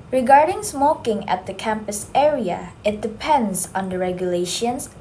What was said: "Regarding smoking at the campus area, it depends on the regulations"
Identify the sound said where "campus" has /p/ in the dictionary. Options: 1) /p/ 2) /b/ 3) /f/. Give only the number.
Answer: 1